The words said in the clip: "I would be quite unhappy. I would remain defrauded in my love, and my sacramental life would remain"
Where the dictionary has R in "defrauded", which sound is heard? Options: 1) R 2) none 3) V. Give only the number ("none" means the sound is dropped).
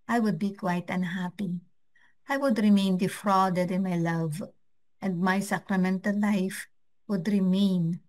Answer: 1